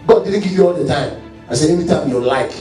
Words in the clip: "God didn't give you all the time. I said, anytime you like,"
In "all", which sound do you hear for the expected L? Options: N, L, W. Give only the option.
L